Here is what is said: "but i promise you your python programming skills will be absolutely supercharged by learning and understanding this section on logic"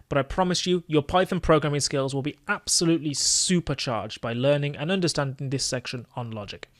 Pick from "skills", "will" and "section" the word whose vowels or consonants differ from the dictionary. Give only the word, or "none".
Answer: none